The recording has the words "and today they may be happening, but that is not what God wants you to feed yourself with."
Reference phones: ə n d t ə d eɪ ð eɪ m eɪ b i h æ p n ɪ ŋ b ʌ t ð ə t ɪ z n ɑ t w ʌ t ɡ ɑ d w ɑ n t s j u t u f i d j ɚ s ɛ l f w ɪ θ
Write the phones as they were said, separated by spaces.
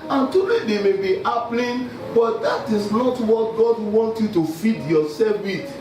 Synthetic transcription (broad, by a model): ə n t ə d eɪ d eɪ m eɪ b i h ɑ p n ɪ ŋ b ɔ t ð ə t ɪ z n ɑ t w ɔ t ɡ ɑ d w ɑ n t j u t u f i d j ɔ s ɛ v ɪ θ